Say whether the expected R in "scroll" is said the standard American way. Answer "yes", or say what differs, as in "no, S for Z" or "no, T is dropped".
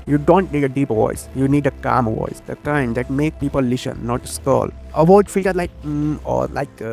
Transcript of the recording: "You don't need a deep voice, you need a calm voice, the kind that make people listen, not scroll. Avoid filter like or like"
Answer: no, R is dropped